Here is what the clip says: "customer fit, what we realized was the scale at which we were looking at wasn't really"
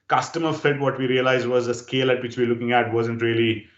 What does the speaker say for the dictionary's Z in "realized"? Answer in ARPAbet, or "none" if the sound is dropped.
Z